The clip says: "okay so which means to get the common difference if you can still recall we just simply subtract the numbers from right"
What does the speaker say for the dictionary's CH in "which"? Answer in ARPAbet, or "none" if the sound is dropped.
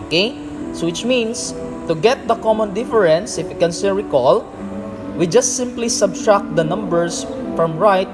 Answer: CH